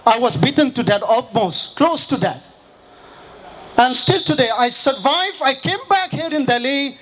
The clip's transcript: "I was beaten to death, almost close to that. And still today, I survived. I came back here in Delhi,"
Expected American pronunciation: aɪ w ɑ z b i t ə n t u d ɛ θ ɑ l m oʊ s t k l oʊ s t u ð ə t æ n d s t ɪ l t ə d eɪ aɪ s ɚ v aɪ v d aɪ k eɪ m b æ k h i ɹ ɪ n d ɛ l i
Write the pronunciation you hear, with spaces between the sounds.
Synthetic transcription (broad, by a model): aɪ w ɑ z b i t ə n t u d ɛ t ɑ l m oʊ s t k l oʊ s t u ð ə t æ n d s t ɪ l t ə d eɪ aɪ s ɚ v aɪ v aɪ k eɪ m b æ k h i ɹ ɪ n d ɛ l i